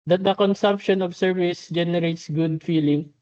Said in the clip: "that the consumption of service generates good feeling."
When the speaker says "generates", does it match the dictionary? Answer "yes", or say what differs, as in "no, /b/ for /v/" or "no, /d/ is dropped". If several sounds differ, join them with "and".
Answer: yes